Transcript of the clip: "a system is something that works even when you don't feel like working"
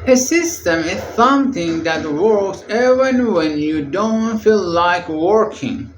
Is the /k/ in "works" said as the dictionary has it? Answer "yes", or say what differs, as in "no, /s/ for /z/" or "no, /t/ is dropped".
yes